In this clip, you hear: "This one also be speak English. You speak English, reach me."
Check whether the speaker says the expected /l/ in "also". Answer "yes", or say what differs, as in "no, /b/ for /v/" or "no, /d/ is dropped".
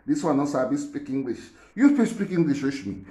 no, /l/ is dropped